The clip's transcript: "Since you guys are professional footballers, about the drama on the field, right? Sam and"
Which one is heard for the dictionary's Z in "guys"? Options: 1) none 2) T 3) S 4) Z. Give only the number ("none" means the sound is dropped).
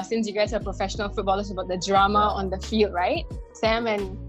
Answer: 3